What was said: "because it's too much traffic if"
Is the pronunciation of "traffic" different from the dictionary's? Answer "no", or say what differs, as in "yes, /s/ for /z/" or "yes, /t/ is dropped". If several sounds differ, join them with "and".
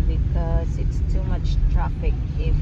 yes, /p/ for /f/